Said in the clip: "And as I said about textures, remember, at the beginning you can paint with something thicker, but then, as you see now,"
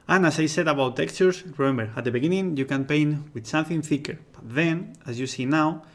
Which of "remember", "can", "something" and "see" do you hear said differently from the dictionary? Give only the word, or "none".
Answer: none